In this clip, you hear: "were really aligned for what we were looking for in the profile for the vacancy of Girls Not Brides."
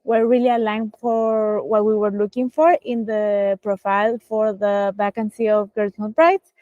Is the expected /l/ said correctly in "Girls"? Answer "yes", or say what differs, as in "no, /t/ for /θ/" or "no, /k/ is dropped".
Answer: no, /l/ is dropped